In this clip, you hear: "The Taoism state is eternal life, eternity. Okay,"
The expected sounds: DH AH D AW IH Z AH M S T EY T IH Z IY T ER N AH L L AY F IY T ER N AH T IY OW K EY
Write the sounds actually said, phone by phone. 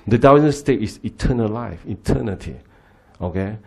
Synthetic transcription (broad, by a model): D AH D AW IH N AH S T EY T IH S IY T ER N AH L L AY F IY T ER N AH T IY OW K EY